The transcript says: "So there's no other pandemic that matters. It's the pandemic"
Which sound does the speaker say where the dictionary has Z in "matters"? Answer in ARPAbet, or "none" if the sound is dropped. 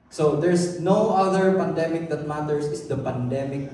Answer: S